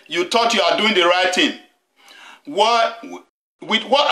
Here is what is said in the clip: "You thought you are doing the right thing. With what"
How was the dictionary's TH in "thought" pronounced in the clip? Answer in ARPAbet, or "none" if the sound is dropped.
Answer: T